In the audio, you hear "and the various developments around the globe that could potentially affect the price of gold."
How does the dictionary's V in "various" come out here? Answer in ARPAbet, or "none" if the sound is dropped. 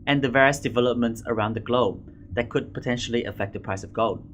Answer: V